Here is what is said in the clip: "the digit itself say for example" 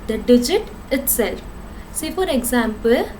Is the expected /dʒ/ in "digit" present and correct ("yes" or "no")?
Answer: yes